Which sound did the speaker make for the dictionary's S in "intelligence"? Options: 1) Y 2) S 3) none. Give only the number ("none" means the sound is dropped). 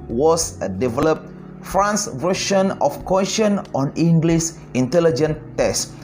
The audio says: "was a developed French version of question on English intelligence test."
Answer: 3